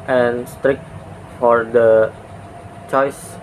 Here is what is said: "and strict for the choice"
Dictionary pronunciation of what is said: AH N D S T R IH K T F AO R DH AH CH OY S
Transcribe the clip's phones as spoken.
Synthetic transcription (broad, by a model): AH N S T R IH K T F AO R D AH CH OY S